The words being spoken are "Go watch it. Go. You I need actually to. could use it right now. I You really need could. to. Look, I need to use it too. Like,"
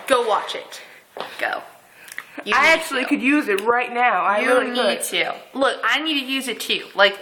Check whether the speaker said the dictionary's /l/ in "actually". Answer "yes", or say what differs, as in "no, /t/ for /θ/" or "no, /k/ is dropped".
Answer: no, /l/ is dropped